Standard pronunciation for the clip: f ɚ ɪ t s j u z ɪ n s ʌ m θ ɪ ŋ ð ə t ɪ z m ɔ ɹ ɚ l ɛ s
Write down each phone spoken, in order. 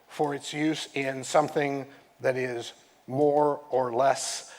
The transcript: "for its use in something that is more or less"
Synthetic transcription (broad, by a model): f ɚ ɪ t s j u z ɪ n s ʌ m θ ɪ ŋ ð ə t ɪ z m ɔ ɹ ɚ l ɛ s